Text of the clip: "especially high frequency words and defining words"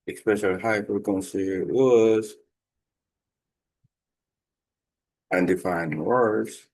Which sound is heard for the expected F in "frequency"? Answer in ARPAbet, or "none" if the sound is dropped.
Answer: P